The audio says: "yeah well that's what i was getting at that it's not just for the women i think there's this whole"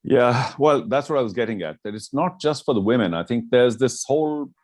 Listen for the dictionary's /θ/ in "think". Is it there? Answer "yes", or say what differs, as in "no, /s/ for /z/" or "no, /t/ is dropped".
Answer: yes